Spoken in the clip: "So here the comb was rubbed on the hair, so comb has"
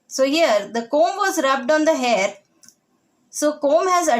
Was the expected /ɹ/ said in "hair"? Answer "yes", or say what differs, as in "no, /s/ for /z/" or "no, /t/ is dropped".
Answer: yes